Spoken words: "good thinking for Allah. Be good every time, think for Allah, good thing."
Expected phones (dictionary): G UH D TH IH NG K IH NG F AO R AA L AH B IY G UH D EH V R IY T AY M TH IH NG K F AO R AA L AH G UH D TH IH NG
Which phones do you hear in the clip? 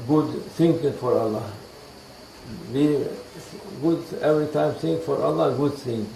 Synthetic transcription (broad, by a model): G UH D S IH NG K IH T F AO R AA L AH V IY G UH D EH V R IY T AY M S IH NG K F AO R AA L AH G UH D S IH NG